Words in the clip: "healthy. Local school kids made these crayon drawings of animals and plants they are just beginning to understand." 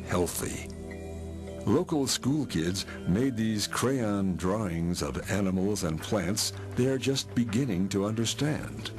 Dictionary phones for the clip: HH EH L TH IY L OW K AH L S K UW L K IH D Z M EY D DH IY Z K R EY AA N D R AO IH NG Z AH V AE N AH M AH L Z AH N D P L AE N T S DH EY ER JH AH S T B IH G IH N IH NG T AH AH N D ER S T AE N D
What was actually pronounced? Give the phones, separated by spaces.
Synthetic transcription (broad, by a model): HH EH L TH IY L OW K L S K UW L K IH D Z M EY D DH IY Z K R EY AA N D R AO IH NG Z AH V AE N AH M L Z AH N P L AE N T S DH EY ER JH AH S T B IH G IH N IH NG T AH AH N D ER S T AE N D